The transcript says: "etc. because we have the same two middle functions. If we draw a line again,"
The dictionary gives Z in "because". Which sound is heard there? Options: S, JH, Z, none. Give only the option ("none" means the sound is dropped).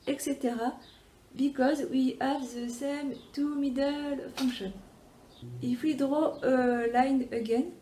Z